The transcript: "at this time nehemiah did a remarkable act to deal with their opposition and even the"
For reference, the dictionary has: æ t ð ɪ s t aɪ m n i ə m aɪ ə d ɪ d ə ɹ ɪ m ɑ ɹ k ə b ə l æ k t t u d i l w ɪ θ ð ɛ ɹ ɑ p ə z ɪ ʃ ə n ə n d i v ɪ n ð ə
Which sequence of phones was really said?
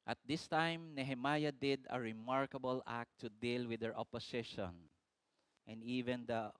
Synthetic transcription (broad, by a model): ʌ t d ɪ s t aɪ m n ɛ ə m aɪ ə d ɪ d ə ɹ ɪ m ɑ ɹ k ə b ə l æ k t t u d i l w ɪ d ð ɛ ɹ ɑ p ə s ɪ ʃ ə n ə n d i v ɪ n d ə